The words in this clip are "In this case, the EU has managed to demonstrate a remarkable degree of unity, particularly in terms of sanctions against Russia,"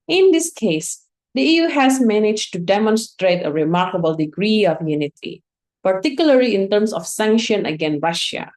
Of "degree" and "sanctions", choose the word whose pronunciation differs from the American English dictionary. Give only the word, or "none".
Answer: sanctions